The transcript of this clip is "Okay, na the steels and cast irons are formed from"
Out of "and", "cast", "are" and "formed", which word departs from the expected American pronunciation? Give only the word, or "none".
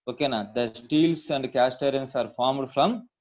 none